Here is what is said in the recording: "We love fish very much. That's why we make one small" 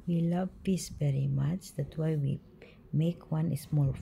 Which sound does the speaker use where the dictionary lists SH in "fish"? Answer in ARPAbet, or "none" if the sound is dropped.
S